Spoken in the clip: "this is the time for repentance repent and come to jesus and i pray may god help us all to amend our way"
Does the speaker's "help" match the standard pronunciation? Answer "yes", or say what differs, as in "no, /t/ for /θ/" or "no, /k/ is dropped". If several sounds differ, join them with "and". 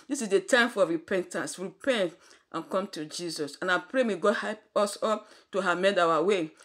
no, /l/ is dropped